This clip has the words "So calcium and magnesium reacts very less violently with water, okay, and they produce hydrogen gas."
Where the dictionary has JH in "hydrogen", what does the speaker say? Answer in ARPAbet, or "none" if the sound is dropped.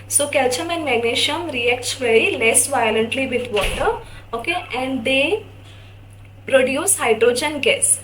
JH